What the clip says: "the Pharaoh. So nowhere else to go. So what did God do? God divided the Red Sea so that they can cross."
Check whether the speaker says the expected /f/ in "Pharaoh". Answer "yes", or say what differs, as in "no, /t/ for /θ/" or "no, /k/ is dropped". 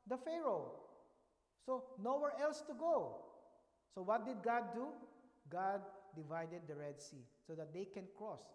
yes